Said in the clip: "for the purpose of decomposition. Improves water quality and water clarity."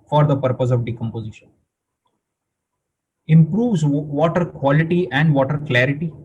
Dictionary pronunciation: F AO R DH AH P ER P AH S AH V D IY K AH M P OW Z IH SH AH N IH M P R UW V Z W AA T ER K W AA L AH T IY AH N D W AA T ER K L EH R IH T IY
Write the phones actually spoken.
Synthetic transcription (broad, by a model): F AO R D AH P ER P AH S AH V D IY K AH M P OW Z IH SH AH N IH M P R UW V Z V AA T ER K W AA L AH T IY AH N D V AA T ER K L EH R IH T IY